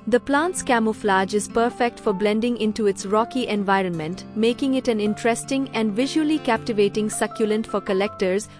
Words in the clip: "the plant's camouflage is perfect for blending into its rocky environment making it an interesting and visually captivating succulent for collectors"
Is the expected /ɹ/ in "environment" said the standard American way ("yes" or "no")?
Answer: yes